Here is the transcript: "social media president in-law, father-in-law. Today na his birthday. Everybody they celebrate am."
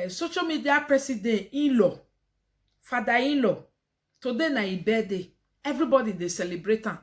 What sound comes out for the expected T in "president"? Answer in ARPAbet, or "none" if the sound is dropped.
none